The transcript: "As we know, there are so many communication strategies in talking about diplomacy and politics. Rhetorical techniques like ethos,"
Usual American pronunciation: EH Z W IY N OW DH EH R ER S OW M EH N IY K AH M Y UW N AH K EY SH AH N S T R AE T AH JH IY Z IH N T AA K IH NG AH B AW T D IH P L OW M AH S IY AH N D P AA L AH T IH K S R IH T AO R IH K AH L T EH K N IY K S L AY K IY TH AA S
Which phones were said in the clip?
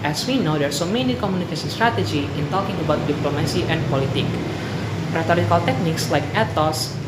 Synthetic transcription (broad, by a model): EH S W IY N OW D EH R S OW M EH N IY K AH M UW N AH K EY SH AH N S T R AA T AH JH IY IH N T AA K IH NG AH B AW T D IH P L OW M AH S IY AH N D P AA L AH T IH K R IH T AO R IH K AH L T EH K N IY K S L AY K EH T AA S